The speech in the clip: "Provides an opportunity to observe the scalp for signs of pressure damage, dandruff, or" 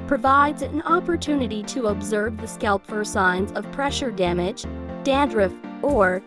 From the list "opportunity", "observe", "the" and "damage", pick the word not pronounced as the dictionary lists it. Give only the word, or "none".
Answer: none